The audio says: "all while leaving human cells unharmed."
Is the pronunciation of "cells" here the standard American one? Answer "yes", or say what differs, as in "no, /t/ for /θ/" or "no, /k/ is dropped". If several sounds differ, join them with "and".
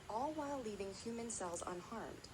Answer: yes